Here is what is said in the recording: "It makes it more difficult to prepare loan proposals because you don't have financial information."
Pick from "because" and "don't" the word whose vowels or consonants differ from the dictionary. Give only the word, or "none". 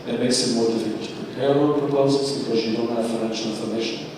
none